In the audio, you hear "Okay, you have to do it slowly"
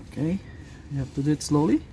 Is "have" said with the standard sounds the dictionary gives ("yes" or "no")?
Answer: no